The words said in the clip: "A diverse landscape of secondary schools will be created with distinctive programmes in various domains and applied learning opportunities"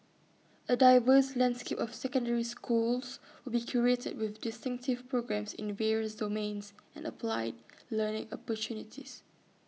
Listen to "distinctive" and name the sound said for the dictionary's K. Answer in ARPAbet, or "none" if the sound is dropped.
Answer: K